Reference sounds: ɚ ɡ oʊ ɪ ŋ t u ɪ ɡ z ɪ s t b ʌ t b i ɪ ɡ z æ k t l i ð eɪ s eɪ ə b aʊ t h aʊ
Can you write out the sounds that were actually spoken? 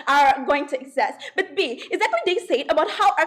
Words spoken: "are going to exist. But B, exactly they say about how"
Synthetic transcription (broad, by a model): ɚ ɡ oʊ ɪ ŋ t u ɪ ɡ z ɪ s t b ʌ t b i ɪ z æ t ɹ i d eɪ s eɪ ə b aʊ t h aʊ